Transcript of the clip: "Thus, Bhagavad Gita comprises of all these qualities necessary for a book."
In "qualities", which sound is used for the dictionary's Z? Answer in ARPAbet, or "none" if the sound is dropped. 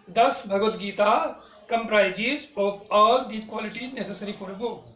none